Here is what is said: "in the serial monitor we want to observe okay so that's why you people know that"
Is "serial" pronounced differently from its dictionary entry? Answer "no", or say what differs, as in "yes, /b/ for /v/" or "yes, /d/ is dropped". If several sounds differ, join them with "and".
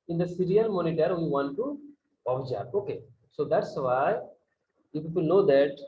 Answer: yes, /n/ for /l/